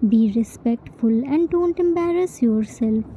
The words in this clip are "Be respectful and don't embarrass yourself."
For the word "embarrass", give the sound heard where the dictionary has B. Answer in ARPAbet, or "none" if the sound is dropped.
B